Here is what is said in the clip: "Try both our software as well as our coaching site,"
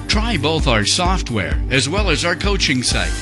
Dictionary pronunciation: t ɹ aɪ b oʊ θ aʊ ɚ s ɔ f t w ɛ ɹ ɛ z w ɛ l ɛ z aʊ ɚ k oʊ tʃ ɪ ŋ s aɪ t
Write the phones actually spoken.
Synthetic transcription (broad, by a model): t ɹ aɪ b oʊ θ aʊ ɚ s ɔ f t w ɛ ɹ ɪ z w ɛ l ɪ z aʊ ɚ k oʊ tʃ ɪ ŋ s aɪ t